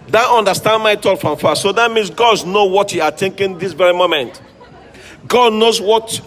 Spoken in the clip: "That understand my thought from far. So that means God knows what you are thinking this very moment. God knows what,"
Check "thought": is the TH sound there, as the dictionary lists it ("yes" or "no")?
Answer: no